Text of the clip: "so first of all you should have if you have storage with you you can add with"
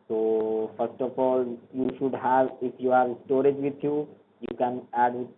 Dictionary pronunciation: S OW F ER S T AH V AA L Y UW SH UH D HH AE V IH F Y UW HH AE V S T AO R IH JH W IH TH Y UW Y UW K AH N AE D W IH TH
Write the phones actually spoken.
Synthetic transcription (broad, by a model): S OW F ER S T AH F AA L Y UW SH UH D HH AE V IH F Y UW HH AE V S T AO R IH JH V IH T Y UW Y UW K AH N AE D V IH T